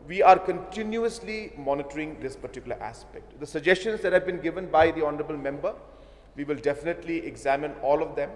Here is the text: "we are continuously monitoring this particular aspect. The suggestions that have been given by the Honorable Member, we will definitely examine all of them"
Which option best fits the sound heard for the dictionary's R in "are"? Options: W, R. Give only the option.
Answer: R